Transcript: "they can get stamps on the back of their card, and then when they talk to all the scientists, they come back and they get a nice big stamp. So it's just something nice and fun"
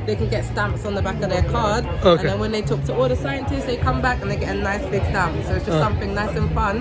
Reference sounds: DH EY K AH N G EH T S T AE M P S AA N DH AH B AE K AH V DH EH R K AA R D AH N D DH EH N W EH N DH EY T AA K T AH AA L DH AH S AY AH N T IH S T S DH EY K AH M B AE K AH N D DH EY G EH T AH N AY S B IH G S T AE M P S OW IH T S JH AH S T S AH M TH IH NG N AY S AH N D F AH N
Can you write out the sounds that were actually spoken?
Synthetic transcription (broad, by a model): DH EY K AH N G EH T S T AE M P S N DH AH B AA K AH V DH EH K AA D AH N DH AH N W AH N DH EY T AA K T AH AA L DH AH S AY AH N T IH S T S DH EY K AH M B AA K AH N DH EY G EH T AH N AY S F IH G S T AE M P S OW IH T S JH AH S S AH M TH IH NG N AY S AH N F AH N